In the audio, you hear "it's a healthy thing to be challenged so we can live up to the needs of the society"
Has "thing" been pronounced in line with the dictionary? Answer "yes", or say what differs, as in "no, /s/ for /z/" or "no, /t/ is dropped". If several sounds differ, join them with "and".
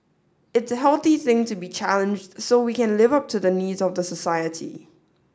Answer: yes